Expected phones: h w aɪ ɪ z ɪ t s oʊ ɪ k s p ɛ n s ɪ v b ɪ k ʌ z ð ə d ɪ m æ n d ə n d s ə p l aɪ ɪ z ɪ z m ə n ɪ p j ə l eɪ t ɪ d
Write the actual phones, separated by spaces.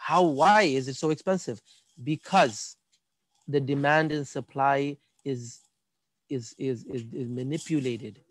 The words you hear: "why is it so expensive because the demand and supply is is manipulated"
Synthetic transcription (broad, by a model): h w aɪ ɪ z ɪ t s oʊ ɪ k s p ɛ n s ɪ v b ɪ k ʌ z ð ə d ɪ m æ n d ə n s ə p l aɪ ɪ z ɪ z m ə n ɪ p j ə l eɪ t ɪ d